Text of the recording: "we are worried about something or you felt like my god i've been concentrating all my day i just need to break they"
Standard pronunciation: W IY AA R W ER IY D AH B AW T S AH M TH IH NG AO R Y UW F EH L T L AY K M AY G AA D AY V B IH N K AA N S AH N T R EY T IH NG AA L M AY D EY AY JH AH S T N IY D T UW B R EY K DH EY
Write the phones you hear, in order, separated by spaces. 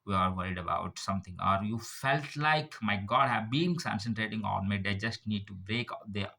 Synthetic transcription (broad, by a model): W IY AA R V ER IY D AH B AW T S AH M T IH NG AO R Y UW F EH L T L AY K M AY G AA D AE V B IH N K AA N S AH N T R EY T IH NG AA N M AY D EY AY JH AH S T N IY D T UW B R EY K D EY